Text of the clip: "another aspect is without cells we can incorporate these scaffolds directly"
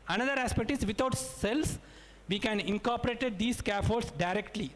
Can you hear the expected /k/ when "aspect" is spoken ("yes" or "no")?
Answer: yes